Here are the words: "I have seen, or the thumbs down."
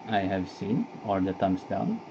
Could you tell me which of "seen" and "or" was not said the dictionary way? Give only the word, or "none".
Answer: or